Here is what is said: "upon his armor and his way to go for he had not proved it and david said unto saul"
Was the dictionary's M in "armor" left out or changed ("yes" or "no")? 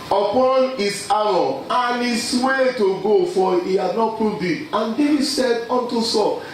yes